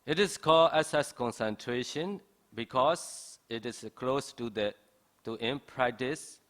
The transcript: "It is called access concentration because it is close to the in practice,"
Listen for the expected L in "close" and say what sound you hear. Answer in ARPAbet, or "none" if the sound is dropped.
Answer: L